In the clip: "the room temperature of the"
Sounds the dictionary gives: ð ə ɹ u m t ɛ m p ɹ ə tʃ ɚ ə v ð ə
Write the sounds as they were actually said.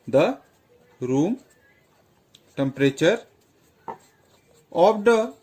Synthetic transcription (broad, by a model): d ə ɹ u m t ɛ m p ɹ ə tʃ ɚ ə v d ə